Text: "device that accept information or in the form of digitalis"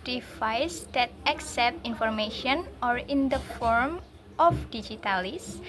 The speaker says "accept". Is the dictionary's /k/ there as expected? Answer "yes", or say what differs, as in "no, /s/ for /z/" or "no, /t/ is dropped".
yes